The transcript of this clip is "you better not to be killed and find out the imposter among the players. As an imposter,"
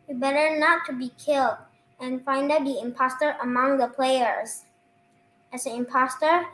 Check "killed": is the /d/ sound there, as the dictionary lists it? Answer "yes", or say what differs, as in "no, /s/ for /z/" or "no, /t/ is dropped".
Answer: yes